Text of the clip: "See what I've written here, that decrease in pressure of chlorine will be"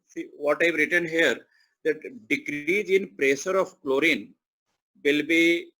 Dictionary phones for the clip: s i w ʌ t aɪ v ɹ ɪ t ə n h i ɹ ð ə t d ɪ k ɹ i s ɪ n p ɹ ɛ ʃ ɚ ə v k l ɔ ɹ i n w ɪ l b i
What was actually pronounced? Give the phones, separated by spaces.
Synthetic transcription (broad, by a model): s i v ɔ t aɪ v ɹ ɪ t ə n h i ɹ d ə t d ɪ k ɹ i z ɪ n p ɹ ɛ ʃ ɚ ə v k l ɔ ɹ i n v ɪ l b i